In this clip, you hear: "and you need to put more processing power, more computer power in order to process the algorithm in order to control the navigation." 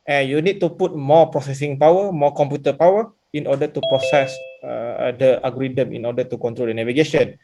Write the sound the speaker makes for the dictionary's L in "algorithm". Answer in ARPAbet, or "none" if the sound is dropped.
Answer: none